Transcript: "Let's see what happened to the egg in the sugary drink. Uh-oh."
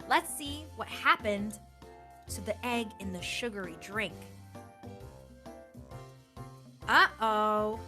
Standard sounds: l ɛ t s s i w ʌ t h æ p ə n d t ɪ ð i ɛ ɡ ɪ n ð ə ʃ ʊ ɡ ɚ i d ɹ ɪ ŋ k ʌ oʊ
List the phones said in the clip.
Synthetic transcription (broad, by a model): l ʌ t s s i w ʌ t h æ p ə n t ɪ ð i ɛ ɡ ɪ n ð ə ʃ ʊ ɡ ɚ i d ɹ ɪ ŋ k ʌ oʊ